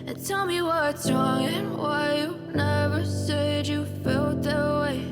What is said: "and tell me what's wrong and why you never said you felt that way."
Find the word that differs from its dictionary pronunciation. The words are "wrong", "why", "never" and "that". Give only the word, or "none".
none